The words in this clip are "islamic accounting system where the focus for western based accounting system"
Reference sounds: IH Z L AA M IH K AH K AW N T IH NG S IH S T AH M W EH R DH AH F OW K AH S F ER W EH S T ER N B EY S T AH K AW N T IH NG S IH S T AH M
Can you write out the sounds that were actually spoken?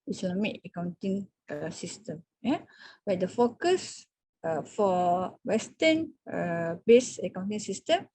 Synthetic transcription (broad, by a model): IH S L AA M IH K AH K AW N T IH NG S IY S T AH M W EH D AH F OW K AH S F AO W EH S T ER N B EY S AH K AW N T IH NG S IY S T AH M